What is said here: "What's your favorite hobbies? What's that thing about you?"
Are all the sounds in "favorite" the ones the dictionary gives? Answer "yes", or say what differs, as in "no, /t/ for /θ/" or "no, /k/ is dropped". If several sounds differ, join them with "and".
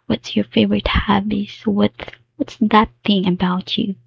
yes